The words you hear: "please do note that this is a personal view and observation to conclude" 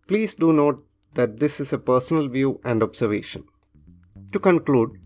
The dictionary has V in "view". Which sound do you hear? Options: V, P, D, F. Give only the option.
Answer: V